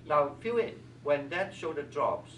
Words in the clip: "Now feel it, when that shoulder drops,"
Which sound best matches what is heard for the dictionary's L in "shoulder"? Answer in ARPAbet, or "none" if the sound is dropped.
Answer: none